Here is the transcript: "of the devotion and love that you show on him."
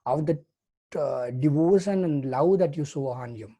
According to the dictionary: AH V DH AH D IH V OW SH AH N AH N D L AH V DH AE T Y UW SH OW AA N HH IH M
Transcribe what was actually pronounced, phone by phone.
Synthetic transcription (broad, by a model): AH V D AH D IH V OW SH AH N AH N D L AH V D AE T Y UW S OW AA N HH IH M